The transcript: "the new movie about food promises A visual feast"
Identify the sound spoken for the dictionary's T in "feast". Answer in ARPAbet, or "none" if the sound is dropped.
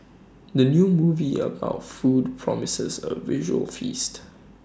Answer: T